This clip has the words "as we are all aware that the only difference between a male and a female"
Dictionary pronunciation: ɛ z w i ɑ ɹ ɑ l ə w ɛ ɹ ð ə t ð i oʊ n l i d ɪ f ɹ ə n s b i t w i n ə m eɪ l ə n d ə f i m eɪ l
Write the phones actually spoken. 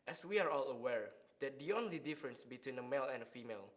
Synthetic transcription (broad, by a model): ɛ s w i ɑ ɹ ɑ l ə w ɛ ɹ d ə t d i oʊ n l i d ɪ f ɹ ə n s b i t w i n ə m eɪ l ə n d ə f i m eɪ l